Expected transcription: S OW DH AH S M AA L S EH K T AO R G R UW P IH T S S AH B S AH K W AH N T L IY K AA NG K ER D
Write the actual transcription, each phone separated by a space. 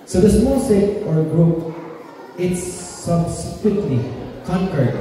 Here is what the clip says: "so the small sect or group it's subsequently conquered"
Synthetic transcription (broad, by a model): S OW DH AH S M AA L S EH T AO R G R UW P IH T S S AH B S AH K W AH T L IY K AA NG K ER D